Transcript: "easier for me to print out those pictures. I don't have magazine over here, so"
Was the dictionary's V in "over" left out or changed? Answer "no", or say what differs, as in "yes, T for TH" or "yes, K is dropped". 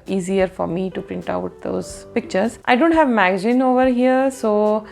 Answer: no